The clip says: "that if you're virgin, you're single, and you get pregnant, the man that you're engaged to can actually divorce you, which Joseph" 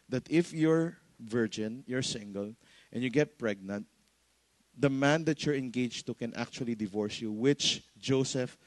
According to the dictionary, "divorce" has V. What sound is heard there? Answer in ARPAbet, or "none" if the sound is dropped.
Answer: V